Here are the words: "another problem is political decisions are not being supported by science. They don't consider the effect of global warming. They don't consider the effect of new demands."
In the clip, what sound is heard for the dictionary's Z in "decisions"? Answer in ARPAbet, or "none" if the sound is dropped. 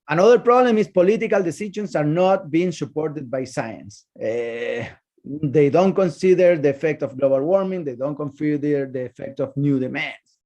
S